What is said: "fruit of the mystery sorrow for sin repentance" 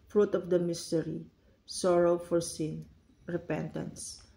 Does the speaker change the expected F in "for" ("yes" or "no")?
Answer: no